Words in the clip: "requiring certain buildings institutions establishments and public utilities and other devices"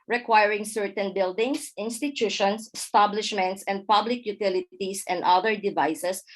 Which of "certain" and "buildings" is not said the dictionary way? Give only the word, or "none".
buildings